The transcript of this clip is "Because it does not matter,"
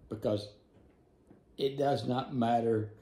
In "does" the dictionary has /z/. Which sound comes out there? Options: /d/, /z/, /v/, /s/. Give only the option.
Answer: /z/